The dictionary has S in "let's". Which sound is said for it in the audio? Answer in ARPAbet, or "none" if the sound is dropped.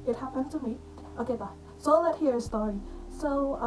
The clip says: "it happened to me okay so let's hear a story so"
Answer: none